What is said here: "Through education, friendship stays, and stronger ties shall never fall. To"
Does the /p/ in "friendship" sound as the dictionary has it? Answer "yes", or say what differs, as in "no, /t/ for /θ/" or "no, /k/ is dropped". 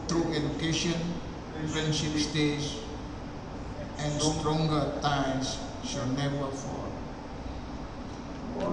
no, /f/ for /p/